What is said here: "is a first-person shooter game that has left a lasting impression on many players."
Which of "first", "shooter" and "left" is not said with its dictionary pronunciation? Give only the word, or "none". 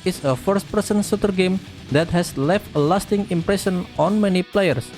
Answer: shooter